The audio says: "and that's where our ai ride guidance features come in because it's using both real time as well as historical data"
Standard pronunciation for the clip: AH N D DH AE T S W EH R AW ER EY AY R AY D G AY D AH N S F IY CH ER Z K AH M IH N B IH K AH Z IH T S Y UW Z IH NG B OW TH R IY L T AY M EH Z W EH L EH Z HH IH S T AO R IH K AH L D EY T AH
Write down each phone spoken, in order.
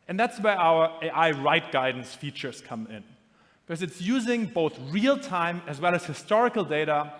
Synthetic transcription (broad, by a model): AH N DH AE T S W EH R AW ER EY AY R AY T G AY D N S F IY CH ER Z K AH M IH N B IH K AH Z IH T S Y UW Z IH NG B OW TH R IY L T AY M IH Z W EH L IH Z HH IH S T AO R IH K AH L D EY T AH